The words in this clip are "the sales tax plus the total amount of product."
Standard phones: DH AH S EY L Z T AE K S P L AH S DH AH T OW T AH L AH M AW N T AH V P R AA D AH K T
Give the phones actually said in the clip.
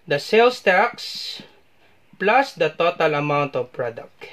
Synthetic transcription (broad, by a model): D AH S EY L S T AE K S P L AH S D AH T OW T AH L AH M AW N T AH V P R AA D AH K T